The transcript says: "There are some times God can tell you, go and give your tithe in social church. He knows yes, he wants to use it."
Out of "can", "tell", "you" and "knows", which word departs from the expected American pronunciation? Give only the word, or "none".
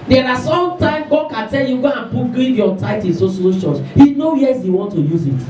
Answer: knows